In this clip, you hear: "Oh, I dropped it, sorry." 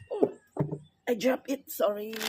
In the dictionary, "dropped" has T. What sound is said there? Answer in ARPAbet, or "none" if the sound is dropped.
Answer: none